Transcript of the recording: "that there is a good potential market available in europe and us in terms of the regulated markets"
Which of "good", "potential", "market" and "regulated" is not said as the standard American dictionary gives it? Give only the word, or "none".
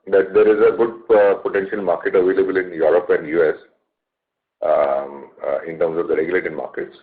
none